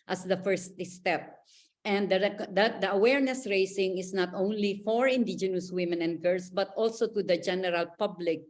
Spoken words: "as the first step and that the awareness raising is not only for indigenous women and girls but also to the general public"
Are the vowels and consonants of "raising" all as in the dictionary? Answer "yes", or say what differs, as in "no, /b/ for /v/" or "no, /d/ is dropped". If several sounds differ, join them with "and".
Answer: no, /s/ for /z/